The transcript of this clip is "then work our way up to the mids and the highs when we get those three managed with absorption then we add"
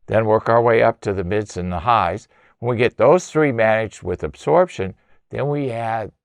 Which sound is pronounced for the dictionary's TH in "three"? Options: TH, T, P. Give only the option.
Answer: TH